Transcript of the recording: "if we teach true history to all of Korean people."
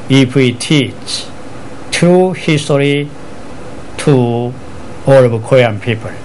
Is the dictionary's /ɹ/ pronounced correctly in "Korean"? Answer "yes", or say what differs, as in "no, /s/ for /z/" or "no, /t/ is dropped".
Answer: no, /ɹ/ is dropped